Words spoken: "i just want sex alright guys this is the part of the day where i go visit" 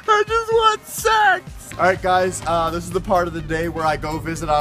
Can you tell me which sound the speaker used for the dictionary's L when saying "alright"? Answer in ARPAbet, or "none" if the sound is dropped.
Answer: none